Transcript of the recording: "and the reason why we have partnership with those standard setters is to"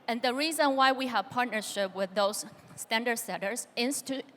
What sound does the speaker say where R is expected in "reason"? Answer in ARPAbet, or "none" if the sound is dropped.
R